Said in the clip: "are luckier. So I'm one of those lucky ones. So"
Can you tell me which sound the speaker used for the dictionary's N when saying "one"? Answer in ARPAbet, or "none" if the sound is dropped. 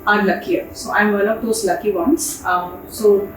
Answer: L